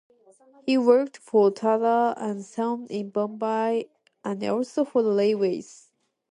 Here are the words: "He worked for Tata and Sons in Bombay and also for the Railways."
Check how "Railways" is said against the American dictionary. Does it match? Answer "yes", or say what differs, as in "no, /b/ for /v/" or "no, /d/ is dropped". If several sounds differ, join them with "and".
no, /l/ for /ɹ/ and /l/ is dropped